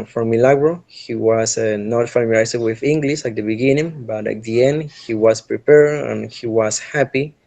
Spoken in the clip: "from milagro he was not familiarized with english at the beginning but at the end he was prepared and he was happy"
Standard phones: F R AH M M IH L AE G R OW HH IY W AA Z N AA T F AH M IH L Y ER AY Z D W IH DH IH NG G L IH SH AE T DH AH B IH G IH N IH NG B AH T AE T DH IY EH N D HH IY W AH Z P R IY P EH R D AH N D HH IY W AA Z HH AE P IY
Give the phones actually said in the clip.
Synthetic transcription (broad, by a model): F R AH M M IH L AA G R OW HH IY W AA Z N AA T F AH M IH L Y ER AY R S W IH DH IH NG G L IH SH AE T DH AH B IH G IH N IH NG B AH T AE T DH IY EH N D HH IY W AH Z P R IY P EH R AH N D HH IY W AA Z HH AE P IY